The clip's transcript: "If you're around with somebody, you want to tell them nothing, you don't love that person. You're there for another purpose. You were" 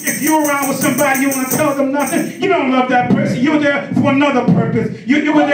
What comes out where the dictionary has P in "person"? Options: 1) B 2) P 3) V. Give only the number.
2